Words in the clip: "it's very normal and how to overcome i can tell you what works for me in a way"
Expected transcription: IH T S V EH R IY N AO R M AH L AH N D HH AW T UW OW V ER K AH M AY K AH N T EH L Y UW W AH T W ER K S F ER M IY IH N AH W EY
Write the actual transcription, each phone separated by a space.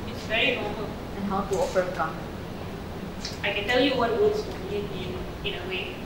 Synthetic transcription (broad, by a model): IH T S V EH R IY N AO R M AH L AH N HH AW T UW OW F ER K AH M AY K AH N T EH L Y UW W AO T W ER S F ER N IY IH N AH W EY